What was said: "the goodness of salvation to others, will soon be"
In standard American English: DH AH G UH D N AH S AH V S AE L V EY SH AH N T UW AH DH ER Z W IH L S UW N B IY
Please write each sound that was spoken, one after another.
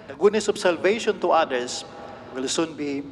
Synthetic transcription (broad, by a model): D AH G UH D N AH S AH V S AE L V EY SH AH N T UW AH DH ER S W IH L S UW N B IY